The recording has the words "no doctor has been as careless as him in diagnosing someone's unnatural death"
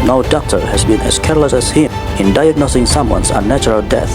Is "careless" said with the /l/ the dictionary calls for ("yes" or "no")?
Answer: yes